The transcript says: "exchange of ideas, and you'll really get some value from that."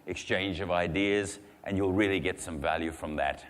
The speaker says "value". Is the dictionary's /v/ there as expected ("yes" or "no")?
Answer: yes